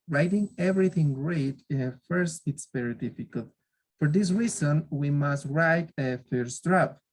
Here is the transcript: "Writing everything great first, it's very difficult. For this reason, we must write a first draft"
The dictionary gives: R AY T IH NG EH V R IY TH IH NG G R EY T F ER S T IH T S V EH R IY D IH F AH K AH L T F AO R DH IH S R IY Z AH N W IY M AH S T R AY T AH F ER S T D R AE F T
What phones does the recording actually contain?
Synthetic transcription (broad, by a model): R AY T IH NG EH V R IY TH IH NG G R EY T F ER S T IH T S V EH R IY D IH F AH K AH L T F AO R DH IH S R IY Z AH N W IY M AH S T R AY T AH F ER S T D R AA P